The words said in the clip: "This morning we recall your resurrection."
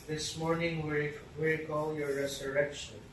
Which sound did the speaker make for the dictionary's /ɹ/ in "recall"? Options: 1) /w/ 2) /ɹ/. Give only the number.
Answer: 1